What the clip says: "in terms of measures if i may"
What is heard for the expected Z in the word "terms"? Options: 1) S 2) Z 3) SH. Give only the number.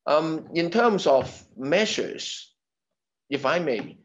2